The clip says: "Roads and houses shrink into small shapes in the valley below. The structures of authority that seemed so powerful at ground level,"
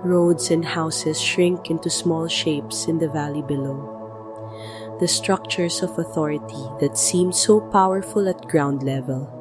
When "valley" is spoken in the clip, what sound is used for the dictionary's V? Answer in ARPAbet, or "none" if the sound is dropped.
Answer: V